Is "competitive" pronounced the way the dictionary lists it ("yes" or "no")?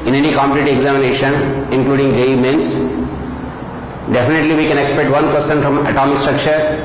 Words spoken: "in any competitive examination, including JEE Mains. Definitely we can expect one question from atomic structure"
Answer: no